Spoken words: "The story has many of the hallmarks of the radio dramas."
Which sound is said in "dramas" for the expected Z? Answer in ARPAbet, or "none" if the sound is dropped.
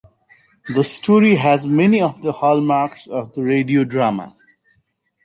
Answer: none